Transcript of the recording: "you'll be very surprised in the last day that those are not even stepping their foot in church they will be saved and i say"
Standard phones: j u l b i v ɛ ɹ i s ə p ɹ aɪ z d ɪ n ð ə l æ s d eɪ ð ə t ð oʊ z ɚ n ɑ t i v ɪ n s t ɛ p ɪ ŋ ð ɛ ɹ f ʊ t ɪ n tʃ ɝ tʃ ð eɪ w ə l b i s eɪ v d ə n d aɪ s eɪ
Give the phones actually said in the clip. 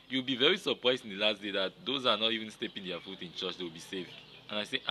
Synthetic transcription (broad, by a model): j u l b i v ɛ ɹ i s ə p ɹ aɪ z d ɪ n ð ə l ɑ s d eɪ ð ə t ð oʊ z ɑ n ɑ t i v ɪ n s t ɛ p ɪ ŋ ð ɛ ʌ f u t ɪ n tʃ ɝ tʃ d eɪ w ə l b i s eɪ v ə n aɪ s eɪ